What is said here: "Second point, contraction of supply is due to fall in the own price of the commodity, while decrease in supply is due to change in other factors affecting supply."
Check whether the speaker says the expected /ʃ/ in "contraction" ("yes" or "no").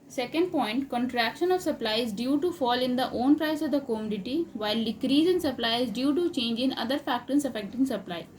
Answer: yes